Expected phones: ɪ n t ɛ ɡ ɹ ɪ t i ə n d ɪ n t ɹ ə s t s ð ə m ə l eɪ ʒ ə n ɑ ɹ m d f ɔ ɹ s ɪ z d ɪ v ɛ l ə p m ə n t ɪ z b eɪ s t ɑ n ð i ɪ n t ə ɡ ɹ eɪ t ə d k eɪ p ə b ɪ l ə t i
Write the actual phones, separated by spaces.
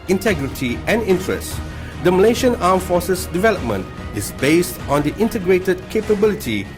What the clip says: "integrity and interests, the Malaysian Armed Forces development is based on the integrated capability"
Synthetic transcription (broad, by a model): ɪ n t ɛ ɡ ɹ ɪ t i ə n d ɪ n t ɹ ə s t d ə m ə l eɪ ʃ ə n ɑ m f ɔ s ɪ s d ɪ v ɛ l ə p m ə n t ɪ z b eɪ s t ɑ n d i ɪ n t ə ɡ ɹ eɪ t ə d k eɪ p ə b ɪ l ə t i